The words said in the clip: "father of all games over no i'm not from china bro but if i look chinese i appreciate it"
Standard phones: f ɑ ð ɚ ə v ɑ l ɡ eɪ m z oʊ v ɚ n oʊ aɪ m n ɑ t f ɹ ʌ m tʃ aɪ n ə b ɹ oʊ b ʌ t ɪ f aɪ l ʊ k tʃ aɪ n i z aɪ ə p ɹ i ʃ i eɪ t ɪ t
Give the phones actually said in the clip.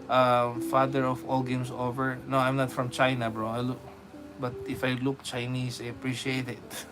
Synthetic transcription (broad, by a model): f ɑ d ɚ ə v ɑ l ɡ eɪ m s oʊ v ɚ n oʊ aɪ m n ɑ t f ɹ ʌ m tʃ aɪ n ə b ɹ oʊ b ʌ t ɪ f aɪ l ʊ k tʃ aɪ n i s aɪ ə p ɹ i ʃ i eɪ t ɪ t